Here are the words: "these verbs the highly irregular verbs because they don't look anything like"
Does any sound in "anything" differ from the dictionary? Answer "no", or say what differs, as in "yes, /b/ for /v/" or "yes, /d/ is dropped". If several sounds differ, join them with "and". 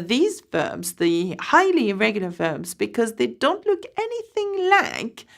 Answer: no